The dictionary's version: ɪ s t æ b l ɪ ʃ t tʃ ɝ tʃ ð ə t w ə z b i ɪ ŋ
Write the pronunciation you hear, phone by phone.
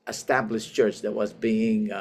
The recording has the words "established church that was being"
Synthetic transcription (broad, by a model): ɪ s t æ b l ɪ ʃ tʃ ɝ tʃ ð ə t w ə z b i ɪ ŋ